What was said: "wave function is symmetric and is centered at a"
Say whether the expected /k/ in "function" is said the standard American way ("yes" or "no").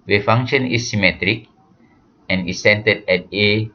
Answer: no